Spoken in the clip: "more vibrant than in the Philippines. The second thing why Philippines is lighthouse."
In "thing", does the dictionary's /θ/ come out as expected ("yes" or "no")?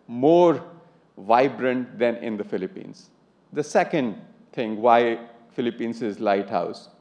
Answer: no